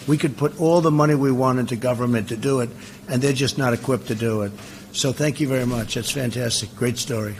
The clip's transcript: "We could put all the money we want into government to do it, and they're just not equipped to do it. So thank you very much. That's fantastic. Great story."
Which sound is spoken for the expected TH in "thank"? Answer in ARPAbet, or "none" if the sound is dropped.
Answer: TH